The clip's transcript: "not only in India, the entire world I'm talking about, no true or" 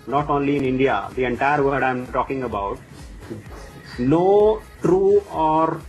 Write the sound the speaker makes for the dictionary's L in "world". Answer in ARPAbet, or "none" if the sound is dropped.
none